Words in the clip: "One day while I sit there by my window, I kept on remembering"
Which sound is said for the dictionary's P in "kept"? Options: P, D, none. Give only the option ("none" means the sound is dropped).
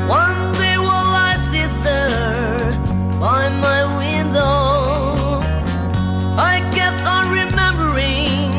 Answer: none